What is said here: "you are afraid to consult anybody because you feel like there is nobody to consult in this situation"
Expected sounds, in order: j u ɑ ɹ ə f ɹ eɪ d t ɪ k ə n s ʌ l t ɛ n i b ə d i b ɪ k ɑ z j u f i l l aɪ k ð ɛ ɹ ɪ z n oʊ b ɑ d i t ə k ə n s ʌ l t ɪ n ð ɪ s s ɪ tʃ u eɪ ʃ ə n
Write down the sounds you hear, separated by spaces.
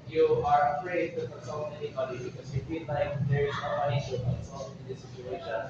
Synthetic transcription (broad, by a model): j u ɑ ɹ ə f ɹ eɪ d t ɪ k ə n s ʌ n ɛ n i b ə d i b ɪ k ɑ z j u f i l l aɪ k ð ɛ ɹ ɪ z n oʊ ɑ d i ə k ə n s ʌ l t ɪ n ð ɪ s s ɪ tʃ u eɪ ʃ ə n